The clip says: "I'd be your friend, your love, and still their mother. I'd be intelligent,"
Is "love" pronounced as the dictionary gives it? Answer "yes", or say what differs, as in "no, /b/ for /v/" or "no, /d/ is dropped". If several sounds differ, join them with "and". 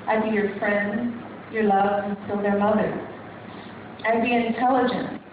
yes